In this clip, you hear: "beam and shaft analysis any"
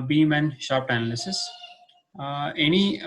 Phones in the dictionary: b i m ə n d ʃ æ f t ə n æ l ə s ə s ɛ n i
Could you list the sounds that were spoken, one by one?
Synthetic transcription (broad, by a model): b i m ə n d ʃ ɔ p t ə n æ l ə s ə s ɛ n i